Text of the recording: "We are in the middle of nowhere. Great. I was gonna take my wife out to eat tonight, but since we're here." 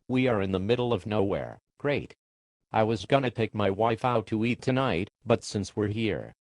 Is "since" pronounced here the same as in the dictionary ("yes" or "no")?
yes